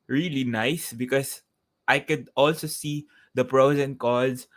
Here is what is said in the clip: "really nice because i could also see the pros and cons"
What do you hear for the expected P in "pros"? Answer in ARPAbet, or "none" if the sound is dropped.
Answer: P